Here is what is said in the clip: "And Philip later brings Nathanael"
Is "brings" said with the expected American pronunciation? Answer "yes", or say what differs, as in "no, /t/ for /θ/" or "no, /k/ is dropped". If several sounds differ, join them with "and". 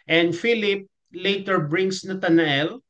no, /s/ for /z/